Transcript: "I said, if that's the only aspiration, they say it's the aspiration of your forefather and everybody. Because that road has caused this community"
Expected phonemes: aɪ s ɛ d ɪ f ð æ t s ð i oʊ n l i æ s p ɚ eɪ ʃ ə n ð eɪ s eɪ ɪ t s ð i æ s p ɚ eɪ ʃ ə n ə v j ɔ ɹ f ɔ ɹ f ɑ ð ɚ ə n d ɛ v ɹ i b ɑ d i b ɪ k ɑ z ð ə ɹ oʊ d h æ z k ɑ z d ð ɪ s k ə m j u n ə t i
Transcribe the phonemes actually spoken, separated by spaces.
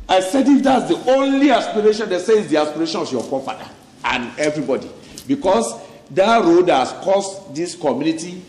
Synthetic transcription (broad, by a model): aɪ s ɛ d ɪ f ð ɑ t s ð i oʊ n l i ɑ s p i eɪ ʃ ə n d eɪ s eɪ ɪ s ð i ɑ s p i eɪ ʃ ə n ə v j ɔ f ɔ f ɑ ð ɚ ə n ɛ v ɹ i b ɑ d i b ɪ k ɑ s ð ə ɹ oʊ d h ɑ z k ɑ s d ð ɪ s k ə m j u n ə t i